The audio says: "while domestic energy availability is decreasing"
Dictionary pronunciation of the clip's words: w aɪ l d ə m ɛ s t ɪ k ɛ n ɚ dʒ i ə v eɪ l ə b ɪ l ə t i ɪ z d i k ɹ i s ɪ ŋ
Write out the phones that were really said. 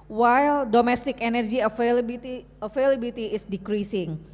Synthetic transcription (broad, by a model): w aɪ l d ə m ɛ s t ɪ k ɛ n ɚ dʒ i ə f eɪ l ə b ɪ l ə t i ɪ s d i k ɹ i s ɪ ŋ